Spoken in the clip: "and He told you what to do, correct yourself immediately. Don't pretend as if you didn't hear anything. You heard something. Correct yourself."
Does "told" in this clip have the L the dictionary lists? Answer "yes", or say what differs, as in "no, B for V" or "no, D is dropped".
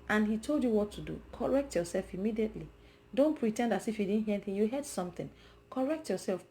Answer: yes